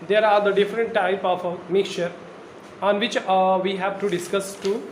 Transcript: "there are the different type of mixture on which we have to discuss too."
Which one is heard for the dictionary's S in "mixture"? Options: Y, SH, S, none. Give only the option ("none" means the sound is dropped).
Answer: none